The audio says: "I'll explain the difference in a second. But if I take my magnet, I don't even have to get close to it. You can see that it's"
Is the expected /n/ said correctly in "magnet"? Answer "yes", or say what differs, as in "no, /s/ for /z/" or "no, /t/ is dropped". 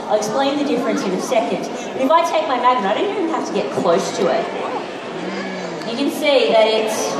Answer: no, /n/ is dropped